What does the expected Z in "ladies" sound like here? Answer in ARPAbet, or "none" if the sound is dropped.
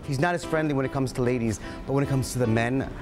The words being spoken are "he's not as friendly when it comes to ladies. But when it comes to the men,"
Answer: Z